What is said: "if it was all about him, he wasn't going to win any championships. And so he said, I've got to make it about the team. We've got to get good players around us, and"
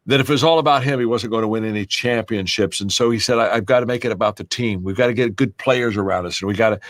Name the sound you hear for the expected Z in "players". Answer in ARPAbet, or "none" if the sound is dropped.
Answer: Z